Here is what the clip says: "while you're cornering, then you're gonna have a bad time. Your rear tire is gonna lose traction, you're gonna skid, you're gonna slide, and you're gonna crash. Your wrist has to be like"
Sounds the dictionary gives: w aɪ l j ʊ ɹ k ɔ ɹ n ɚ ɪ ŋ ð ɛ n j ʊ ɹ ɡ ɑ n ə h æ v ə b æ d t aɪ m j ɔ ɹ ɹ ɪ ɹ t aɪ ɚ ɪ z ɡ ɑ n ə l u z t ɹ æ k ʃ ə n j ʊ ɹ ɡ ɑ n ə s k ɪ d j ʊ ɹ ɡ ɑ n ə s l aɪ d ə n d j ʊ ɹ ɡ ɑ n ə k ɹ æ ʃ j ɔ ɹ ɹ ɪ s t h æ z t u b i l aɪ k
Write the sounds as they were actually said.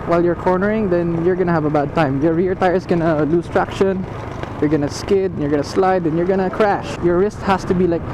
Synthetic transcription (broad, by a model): w aɪ l j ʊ ɹ k ɔ ɹ n ɚ ɪ ŋ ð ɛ n j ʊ ɹ ɡ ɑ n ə h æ v ə b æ d t aɪ m j ɔ ɹ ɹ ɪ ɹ t aɪ ɚ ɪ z ɡ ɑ n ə l u s t ɹ æ k ʃ ə n j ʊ ɹ ɡ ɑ n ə s k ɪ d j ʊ ɹ ɡ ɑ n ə s l aɪ d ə n j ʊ ɹ ɡ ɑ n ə k ɹ æ ʃ j ɔ ɹ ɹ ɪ s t h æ s t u b i l aɪ k